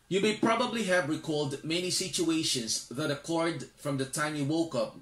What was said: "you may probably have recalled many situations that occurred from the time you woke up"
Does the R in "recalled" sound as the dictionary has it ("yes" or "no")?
yes